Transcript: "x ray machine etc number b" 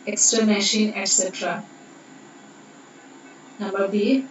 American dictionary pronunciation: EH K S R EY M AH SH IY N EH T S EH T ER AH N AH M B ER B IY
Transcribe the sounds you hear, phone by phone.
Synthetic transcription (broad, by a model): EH K S R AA M AH SH IY N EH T S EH T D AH N AH M B ER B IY